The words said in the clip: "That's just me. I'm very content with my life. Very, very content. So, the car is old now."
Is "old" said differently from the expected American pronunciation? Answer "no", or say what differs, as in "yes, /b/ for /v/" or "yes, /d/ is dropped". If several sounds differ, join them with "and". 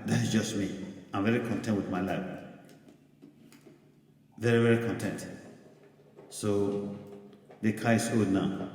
yes, /l/ is dropped